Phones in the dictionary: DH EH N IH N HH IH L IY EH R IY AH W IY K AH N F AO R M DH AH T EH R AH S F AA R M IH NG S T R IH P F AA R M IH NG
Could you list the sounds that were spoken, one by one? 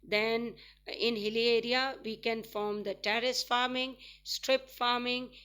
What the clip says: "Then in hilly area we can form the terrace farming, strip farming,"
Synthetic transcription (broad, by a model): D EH N IH N HH IH L IY EH R IY AH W IY K AH N F AO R M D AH T EH R AH S F AA R M IH NG S T R IH P F AA R M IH NG